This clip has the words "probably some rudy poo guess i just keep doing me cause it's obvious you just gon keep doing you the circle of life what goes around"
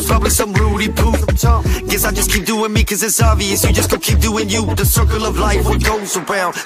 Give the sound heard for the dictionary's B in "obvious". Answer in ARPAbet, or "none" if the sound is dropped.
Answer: none